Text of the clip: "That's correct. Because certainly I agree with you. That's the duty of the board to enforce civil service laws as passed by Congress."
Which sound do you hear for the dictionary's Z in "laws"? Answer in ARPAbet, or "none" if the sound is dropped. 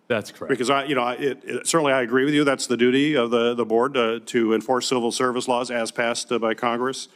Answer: Z